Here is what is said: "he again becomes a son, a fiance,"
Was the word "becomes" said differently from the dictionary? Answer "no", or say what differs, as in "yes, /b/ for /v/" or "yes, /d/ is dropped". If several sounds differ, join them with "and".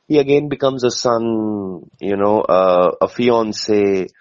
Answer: no